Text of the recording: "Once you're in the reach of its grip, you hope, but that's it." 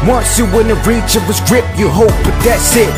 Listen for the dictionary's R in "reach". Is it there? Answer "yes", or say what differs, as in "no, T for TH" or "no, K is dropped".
yes